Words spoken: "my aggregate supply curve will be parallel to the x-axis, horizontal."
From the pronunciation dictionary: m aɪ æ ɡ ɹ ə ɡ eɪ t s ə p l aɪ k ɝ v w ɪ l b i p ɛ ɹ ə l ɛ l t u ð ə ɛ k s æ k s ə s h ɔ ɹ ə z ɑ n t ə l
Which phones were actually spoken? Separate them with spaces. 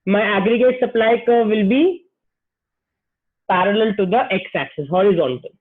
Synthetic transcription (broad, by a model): m aɪ æ ɡ ɹ ə ɡ eɪ t s ə p l aɪ k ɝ v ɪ l b i p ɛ ɹ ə l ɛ l t u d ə ɛ k s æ k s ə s h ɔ ɹ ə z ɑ n t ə l